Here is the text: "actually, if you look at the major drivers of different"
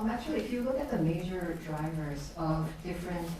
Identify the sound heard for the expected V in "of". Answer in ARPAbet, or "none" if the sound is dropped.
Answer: V